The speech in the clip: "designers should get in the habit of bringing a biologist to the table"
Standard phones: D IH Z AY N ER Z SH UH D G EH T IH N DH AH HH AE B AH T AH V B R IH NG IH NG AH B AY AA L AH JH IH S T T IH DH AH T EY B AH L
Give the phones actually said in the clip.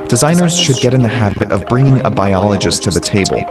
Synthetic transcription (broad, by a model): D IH Z AY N ER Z SH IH D G EH T IH N DH AH HH AE B AH T AH V B R IH NG IH NG AH B AY AA L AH JH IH S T T IH DH AH T EY B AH L